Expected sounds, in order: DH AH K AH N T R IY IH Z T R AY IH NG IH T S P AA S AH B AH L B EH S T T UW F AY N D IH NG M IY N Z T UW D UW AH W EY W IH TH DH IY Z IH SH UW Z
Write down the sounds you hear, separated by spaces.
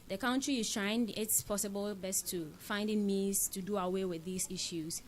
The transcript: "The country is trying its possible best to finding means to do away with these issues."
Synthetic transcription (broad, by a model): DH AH K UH N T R IY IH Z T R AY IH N IH T S P AA S AH B AH L B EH S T T UW F AY N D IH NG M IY Z T UW D UW AH W EY W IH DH IY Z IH SH UW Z